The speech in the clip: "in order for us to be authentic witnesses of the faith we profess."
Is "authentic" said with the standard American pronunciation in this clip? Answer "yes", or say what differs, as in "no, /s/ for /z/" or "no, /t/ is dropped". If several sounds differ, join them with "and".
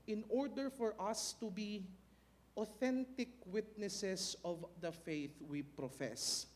yes